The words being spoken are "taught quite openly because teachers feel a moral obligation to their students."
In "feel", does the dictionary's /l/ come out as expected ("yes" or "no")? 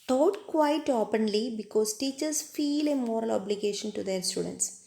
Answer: yes